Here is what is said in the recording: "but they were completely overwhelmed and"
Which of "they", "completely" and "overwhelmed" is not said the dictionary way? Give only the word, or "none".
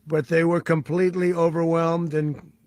none